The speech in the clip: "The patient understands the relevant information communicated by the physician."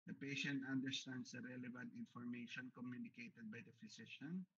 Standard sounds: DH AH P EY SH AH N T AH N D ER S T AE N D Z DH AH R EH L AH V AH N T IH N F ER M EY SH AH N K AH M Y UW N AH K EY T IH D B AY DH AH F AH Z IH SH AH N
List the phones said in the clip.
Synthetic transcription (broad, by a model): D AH P EY SH AH N T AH N D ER S T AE N D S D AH R EH L AH V AH N T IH N F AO M EY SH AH N K AH M Y UW N AH K EY T IH D B AY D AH F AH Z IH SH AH N